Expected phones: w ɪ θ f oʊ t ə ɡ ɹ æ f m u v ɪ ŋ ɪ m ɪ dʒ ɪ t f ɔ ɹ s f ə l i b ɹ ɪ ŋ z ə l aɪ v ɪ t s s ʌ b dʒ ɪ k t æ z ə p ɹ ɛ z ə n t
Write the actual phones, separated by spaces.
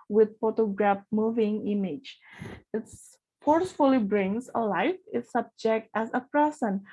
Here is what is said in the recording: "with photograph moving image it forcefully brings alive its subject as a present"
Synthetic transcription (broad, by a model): w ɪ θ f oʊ t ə ɡ ɹ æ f m u v ɪ ŋ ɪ m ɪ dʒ ɪ t f ɔ ɹ s f ə l i b ɹ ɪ ŋ s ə l aɪ f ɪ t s s ʌ b dʒ ɪ k t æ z ə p ɹ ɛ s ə n